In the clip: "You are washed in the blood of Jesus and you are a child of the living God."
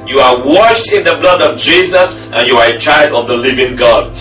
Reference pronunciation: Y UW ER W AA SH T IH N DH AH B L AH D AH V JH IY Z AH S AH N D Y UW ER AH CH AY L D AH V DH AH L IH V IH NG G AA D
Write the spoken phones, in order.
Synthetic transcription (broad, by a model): Y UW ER W AA SH T IH N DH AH B L AH D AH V JH IY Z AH S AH N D Y UW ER AH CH AY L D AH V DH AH L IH V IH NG G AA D